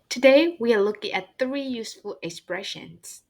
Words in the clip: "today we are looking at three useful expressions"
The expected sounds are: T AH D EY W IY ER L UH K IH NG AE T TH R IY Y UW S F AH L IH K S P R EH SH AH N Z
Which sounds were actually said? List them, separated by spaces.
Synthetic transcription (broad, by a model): T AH D EY W IY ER L UH K IH NG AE T TH R IY Y UW S F AH L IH K S P R EH SH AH N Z